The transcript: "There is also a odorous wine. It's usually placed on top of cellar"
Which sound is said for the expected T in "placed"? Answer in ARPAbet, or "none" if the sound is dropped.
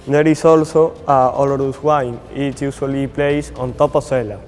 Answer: none